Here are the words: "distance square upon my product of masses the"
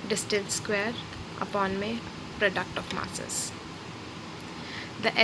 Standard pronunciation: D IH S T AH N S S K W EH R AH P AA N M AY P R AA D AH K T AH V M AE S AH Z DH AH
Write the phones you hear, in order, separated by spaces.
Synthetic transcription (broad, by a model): D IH S T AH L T S K W EH R AH P AA N M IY P R AA D AH K T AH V M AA S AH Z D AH